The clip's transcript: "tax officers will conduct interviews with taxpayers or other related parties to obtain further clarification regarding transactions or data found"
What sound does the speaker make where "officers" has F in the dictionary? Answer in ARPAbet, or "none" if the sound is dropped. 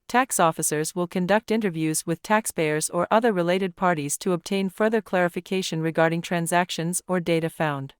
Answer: F